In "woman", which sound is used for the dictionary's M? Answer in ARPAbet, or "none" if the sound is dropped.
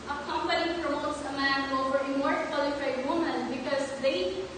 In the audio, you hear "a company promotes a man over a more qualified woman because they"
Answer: M